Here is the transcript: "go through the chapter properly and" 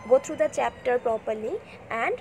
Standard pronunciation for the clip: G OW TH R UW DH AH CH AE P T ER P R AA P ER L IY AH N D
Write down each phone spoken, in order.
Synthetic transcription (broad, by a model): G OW T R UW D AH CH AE P T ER P R AA P ER L IY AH N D